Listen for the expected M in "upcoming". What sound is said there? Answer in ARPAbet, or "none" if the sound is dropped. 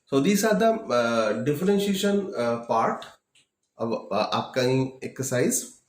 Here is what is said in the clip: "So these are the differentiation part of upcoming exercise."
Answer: none